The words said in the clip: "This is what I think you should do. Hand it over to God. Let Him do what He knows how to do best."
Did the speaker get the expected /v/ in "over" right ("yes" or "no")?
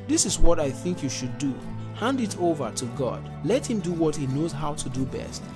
yes